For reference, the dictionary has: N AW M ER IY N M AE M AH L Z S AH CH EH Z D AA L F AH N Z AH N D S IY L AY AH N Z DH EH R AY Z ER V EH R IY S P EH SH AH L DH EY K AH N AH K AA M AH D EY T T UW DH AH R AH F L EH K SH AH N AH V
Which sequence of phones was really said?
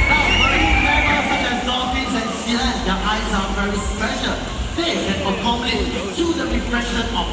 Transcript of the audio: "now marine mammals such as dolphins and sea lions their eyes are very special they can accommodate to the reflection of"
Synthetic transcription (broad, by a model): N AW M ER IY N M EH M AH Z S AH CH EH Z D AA F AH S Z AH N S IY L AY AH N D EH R AY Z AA V EH R IY S P EH SH AH L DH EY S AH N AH K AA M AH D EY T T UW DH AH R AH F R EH SH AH N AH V